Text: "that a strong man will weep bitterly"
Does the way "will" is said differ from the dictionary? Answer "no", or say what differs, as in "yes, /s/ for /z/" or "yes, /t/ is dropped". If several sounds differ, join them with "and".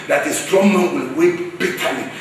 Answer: yes, /n/ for /l/